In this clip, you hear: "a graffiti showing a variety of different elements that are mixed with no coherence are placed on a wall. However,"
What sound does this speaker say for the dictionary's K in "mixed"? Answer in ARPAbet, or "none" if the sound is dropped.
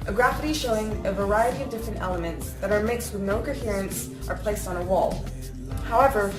K